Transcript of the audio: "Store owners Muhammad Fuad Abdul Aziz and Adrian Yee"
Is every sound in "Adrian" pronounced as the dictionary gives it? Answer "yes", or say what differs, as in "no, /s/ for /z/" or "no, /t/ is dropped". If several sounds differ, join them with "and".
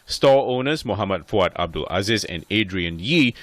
yes